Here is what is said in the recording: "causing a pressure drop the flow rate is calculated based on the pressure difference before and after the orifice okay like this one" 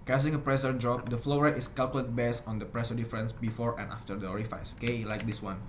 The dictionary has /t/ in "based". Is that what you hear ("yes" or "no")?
no